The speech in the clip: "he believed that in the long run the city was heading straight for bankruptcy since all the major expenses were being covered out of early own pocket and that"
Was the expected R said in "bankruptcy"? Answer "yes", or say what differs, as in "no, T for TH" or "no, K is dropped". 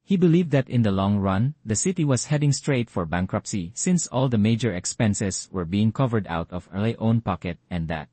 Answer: yes